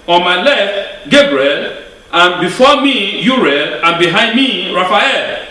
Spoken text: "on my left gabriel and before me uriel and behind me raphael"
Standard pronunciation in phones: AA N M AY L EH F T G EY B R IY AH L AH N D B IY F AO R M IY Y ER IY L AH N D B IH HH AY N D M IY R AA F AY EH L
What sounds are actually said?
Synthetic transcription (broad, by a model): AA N M AY L EH F T G EY B R IY AH L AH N B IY F AO M IY Y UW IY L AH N B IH HH AY N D M IY R AA F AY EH L